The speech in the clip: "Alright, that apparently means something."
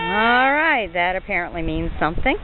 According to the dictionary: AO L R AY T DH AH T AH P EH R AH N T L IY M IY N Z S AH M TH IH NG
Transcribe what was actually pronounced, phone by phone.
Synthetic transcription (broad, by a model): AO L R AY T DH AH T AH P EH R AH N T L IY M IY N Z S AH M TH IH NG